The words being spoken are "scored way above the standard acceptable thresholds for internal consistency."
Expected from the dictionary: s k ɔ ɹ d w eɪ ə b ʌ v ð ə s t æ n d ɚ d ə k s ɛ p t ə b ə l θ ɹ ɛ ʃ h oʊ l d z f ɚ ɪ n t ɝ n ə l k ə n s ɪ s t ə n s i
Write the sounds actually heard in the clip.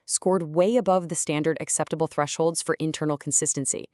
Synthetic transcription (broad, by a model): s k ɔ ɹ d w eɪ ə b ʌ v ð ə s t æ n d ɚ d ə k s ɛ p t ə b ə l θ ɹ ɛ ʃ h oʊ l d z f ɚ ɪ n t ɝ n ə l k n s ɪ s t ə n s i